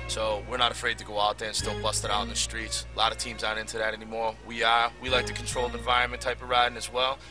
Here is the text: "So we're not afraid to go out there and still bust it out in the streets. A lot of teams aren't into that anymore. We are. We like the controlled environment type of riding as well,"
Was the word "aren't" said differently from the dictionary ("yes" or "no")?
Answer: yes